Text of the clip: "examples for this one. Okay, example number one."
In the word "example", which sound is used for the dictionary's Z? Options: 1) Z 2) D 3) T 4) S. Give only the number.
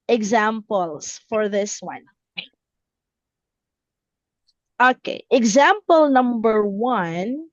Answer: 1